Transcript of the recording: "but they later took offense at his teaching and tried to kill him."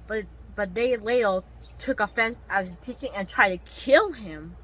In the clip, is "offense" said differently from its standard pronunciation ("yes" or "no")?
no